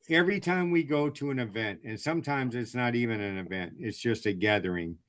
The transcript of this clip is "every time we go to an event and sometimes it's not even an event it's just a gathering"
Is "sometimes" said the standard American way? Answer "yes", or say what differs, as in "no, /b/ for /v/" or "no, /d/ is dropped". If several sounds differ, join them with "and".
yes